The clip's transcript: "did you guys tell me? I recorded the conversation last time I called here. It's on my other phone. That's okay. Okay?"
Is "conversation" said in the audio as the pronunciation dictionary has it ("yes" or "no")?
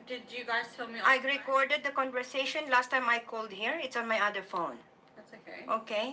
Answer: yes